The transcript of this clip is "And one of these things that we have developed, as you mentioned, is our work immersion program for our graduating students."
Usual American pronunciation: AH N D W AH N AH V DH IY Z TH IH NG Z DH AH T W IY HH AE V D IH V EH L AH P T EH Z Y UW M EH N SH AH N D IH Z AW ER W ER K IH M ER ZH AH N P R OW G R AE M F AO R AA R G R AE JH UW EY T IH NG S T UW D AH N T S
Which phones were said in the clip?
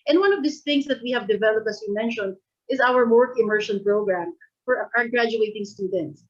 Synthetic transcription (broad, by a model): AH N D W AH N AH V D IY S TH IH NG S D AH T W IY HH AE V D IH V EH L AH P T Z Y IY M EH N SH AH N D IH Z AW ER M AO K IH M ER SH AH N P R OW G R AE M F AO R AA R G R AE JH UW EY T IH NG S T UW D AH N T S